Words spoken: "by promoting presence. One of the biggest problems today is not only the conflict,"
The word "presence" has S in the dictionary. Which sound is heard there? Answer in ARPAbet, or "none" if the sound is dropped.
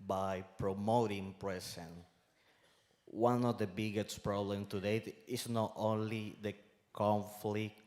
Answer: none